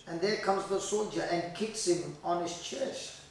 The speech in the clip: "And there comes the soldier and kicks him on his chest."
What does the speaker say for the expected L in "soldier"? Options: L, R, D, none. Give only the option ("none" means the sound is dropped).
L